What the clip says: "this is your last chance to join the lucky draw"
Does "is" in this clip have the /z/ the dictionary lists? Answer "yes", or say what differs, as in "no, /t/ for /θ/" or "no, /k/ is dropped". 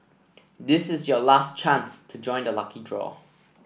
yes